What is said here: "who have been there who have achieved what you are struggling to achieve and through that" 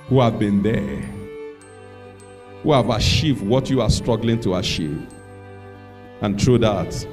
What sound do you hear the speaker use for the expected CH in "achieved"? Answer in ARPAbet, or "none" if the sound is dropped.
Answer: SH